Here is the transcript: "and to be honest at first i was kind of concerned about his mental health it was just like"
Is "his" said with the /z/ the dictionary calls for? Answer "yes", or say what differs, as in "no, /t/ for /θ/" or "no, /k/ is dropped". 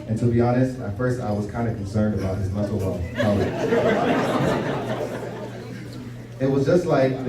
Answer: yes